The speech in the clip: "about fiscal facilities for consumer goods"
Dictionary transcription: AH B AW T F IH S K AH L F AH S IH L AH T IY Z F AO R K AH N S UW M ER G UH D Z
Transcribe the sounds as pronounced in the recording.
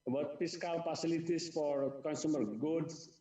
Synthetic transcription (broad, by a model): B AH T P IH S K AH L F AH S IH L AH T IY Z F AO R K AH N S UW M ER G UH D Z